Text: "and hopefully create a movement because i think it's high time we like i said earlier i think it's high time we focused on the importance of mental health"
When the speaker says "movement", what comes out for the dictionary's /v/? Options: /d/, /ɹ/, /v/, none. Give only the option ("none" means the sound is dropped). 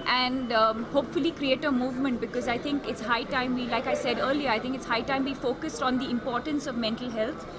/v/